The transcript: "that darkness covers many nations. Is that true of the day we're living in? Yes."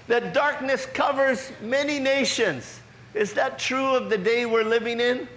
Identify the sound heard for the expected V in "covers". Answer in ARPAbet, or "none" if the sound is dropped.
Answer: V